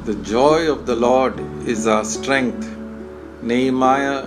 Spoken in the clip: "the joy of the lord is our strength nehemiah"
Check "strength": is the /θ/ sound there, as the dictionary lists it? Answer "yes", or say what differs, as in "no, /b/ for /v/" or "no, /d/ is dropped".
no, /t/ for /θ/